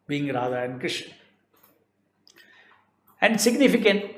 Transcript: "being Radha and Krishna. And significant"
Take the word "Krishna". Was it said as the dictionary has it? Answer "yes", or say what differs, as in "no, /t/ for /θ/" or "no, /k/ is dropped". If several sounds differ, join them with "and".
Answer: no, /n/ is dropped